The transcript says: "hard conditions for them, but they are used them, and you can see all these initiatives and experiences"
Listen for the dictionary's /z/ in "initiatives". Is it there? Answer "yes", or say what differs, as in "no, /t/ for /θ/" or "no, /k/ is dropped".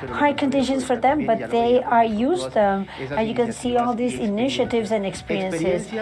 yes